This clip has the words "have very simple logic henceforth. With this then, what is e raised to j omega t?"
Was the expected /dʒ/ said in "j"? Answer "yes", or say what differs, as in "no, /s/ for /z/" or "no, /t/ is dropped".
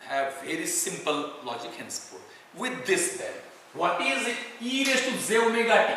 no, /z/ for /dʒ/